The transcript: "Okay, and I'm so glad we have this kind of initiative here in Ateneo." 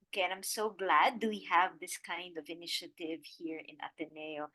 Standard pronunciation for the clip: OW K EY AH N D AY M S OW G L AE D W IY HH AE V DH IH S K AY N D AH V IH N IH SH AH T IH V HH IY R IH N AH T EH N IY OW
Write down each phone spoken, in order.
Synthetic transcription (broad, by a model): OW K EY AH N AY M S OW G L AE D W IY HH AE V DH IH S K AY N D AH V IH N IH SH AH T IH V HH IY R IH N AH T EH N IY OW